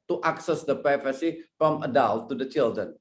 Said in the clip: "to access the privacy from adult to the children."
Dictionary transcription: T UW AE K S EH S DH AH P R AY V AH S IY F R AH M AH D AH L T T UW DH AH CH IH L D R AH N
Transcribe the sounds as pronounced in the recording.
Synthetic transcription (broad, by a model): T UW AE K S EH S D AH P R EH F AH S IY F R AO M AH D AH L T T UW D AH CH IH L D R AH N